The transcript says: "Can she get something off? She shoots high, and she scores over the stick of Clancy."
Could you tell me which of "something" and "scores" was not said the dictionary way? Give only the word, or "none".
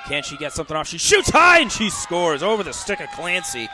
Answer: none